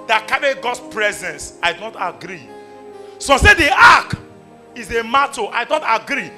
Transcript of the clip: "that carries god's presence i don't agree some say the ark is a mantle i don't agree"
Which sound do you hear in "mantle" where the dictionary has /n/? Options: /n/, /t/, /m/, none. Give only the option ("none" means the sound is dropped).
none